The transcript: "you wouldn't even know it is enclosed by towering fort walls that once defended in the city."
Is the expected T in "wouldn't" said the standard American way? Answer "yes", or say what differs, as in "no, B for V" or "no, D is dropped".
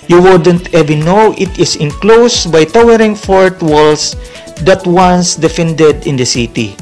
yes